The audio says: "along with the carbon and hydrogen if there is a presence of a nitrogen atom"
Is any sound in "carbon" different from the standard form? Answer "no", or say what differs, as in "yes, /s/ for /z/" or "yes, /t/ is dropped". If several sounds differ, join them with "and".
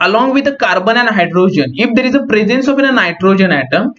no